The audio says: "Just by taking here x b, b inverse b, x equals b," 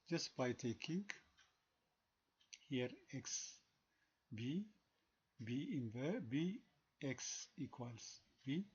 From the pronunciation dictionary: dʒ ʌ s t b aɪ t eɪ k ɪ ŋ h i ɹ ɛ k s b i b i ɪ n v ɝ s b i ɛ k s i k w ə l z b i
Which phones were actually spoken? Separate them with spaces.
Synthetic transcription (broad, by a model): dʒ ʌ s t b aɪ t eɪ k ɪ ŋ h i ɹ ɛ k s b i b i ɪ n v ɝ b i ɛ k s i k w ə l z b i